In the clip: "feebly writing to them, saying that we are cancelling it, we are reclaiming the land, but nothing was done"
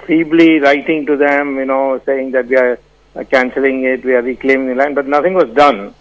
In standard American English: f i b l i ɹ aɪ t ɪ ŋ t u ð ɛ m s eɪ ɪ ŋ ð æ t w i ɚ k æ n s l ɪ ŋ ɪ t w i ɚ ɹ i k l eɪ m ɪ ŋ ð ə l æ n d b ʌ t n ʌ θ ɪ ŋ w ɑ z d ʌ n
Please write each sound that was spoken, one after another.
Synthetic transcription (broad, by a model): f i b l i ɹ aɪ t ɪ ŋ t u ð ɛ m s eɪ ɪ ŋ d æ t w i ɚ k æ n s l ɪ ŋ ɪ t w i ɚ ɹ i k l eɪ m ɪ ŋ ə l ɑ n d b ʌ t n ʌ t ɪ ŋ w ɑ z d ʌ n